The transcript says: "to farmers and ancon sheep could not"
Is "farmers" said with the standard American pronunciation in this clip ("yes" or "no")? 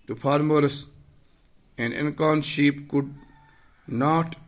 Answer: no